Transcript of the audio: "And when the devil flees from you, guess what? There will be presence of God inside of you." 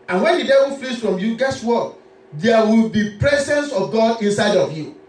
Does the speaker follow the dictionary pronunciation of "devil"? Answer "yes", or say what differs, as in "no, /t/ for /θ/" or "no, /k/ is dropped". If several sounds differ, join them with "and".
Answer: no, /n/ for /l/